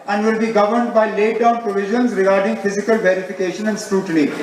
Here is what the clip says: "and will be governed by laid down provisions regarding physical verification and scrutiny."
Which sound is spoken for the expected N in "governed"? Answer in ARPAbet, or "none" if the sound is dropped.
N